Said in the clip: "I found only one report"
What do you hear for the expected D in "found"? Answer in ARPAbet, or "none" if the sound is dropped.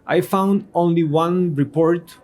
D